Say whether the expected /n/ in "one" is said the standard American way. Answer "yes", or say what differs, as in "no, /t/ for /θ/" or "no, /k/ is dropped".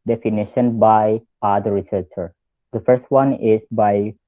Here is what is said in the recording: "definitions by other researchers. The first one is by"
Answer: yes